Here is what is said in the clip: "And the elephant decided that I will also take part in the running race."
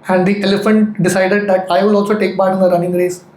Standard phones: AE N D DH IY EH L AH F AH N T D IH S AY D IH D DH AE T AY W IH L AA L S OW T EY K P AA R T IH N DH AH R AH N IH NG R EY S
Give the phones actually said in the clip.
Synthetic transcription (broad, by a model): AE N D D IY EH L AH F AH N T D IH S AY D IH D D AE T AY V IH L AA L S OW T EY K B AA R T IH N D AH R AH N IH NG R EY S